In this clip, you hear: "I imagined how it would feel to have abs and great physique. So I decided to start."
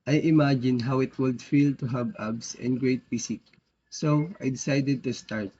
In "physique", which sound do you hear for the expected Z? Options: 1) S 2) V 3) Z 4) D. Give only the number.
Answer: 1